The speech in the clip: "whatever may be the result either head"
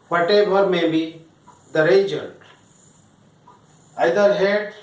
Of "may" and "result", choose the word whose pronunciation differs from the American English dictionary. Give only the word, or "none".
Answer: result